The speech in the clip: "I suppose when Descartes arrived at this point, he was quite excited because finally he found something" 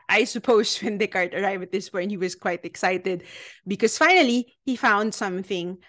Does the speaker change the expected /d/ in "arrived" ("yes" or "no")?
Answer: yes